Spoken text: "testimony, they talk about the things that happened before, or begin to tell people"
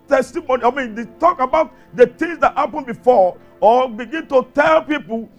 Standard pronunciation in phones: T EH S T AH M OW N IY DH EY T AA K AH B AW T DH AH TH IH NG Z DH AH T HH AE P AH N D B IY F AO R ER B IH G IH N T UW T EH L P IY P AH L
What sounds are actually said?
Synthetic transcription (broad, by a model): T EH S T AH M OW N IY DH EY T AA K AH B AW T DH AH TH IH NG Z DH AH T HH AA P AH N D B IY F AO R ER B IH G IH N T UW T EH L P IY P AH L